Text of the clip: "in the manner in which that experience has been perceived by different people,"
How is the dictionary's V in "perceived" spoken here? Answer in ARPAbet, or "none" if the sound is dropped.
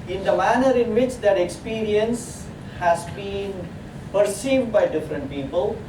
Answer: V